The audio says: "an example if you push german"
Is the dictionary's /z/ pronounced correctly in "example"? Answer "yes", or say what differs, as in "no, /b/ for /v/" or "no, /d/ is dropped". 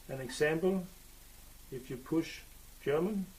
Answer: no, /s/ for /z/